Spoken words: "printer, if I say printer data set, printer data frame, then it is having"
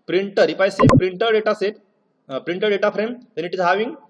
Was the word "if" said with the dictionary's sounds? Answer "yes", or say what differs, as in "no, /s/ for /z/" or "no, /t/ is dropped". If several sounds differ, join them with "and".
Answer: no, /p/ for /f/